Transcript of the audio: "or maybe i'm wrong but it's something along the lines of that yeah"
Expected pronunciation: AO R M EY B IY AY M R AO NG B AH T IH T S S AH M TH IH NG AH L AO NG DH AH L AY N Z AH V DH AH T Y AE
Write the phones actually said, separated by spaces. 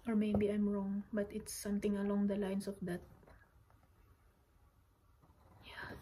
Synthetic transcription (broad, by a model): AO R M EY B IY AY M R AO NG B AH T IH T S S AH M T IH NG AH L AO NG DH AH L AY N S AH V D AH T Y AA